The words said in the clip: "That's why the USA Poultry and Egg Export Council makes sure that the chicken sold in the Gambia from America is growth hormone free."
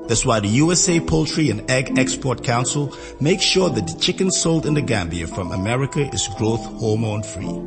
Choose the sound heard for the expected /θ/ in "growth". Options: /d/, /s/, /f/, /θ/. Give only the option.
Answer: /θ/